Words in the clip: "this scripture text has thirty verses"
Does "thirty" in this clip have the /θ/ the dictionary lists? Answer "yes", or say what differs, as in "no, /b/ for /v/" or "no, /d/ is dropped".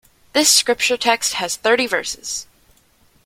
yes